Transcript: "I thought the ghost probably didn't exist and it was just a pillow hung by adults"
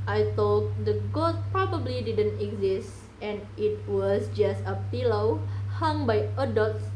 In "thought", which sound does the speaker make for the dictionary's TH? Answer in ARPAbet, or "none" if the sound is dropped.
T